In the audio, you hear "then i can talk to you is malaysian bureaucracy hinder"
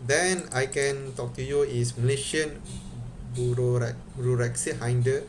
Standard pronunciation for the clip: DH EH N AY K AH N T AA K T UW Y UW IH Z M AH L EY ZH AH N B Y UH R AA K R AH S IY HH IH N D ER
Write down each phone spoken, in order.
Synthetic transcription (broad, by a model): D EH N AY K AH N T AA K T UW Y UW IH S M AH L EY SH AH N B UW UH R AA R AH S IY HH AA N D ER